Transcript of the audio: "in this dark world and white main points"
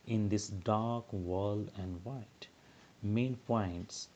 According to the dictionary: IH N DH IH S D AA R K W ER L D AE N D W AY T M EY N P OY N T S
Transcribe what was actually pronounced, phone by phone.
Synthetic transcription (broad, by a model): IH N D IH S D AA R K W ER L AE N D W AY T M EY N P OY N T S